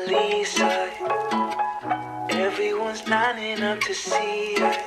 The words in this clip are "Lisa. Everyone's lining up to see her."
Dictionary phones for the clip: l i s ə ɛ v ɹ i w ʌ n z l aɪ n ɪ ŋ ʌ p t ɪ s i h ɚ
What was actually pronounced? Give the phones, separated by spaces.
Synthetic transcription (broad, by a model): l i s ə ɛ v ɹ i w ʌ n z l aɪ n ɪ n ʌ f t ɪ s i